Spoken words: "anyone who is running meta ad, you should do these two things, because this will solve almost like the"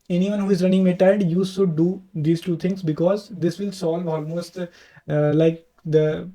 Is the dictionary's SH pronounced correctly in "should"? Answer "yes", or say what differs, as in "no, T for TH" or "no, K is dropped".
no, S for SH